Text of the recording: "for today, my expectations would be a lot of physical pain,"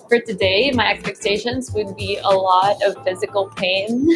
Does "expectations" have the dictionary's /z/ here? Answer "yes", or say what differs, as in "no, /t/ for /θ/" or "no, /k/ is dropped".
yes